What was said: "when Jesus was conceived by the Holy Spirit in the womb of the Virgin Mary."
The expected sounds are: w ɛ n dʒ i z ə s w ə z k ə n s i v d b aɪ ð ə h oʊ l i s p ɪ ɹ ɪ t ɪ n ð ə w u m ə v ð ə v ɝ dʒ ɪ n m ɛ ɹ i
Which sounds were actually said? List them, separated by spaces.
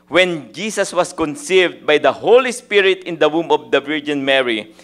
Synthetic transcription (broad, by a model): w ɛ n dʒ i s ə s w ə s k ə n s i v d b aɪ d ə h oʊ l i s p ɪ ɹ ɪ t ɪ n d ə w u m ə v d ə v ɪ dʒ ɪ n m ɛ ɹ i